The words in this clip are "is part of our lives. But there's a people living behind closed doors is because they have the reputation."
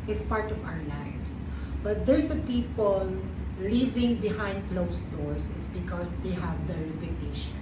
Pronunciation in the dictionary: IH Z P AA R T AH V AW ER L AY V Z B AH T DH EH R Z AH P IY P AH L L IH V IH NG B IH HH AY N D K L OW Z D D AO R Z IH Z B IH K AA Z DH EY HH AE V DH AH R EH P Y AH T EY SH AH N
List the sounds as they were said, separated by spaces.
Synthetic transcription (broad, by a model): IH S P AA R T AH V AW ER L AY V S B AH T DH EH R S AH P IY P AH L L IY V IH NG B IH HH AY N D K L OW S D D AO R S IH S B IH K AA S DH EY HH AE V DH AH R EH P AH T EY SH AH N